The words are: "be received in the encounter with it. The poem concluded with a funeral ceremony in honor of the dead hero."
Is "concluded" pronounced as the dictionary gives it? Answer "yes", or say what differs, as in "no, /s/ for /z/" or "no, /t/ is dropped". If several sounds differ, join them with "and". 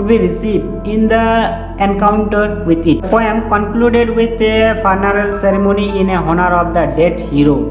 yes